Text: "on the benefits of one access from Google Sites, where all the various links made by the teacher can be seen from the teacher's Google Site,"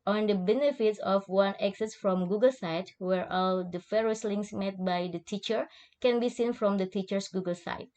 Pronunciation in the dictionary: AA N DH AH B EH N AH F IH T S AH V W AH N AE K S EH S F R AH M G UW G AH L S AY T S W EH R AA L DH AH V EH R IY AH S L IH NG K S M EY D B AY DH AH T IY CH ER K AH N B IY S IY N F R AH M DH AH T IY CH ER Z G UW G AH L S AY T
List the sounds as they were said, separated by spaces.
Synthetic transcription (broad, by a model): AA N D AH B EH N AH F IH T S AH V W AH N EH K S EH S F R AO M G UW G AH L S AY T W EH R AA L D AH F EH R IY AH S L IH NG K S M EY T B AY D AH T IY CH ER K AH N B IY S IY N F R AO M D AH T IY CH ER S G UW G AH L S AY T